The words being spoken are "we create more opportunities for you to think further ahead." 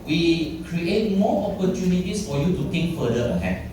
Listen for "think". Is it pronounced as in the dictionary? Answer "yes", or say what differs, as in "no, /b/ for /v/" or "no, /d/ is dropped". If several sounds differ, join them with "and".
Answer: no, /t/ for /θ/